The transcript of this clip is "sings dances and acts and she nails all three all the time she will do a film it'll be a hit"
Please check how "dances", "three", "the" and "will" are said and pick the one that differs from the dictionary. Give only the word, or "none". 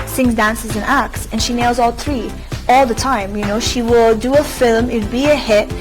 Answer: none